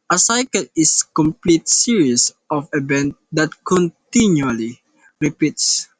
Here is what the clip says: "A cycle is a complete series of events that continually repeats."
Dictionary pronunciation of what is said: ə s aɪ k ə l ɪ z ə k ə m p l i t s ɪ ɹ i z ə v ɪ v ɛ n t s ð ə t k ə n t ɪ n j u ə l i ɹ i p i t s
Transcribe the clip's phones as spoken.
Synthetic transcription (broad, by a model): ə s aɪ k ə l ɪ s k ə m p l i t s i ɹ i s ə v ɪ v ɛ n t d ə t k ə n t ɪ n j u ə l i ɹ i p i t s